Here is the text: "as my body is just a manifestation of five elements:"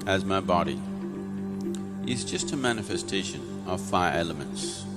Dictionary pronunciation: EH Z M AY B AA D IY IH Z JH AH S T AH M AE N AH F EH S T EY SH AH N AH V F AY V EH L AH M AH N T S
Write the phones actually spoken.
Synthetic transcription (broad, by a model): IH Z M AY B AA D IY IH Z JH AH S T AH M AE N AH F EH S T EY SH AH N AH V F AY EH L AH M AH N T S